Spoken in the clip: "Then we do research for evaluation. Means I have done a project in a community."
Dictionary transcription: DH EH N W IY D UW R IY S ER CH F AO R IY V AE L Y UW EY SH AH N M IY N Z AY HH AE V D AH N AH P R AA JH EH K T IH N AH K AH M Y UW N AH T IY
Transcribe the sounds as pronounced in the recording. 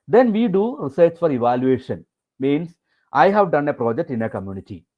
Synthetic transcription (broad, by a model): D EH N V IY D UW R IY S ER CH F AO R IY V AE L Y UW EY SH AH N M IY N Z AY HH AE V D AH N AH P R AA JH EH K T IH N AH K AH M Y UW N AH T IY